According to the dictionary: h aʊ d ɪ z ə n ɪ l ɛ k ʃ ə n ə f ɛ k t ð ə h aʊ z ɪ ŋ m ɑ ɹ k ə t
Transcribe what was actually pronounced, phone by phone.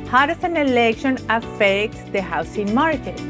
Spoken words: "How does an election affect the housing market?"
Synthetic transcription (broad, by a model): h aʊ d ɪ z ə n ɪ l ɛ k ʃ ə n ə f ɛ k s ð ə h aʊ s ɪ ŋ m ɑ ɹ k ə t